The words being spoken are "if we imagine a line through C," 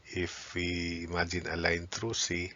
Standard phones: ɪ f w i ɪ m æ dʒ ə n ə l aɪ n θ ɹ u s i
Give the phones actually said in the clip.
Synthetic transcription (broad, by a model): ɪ f w i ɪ m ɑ dʒ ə n ə l aɪ n t ɹ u s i